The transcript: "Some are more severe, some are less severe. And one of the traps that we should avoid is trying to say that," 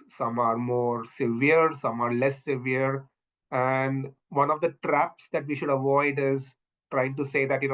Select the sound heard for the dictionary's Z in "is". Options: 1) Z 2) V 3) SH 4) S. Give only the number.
1